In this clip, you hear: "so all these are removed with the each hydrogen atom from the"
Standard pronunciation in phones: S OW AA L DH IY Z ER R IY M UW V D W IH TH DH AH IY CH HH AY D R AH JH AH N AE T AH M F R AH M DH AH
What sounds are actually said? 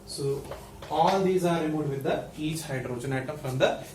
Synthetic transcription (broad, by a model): S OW AA L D IY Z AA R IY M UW D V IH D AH IY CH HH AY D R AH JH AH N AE T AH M F R AH M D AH